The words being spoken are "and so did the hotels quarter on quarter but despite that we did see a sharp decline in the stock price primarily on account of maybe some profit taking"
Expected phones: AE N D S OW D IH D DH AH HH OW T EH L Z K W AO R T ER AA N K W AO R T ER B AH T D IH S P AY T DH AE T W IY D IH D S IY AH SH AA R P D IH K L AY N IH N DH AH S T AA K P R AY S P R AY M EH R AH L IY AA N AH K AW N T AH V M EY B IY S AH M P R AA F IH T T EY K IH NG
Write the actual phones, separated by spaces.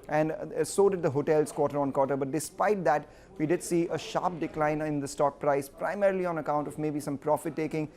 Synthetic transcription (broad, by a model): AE N D S OW D IH D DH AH HH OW T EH L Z K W AO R T ER AA N K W AO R T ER B AH T D IH S P AY T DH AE T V IY D IH D S IY AH SH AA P D IH K L AY N IH N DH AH S T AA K P R AY S P R AY M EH R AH L IY AA N AH K AW N T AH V M EY B IY S AH M P R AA F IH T T EY K IH NG